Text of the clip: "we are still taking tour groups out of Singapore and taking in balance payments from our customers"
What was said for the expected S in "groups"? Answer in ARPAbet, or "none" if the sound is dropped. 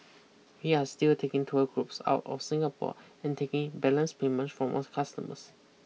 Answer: S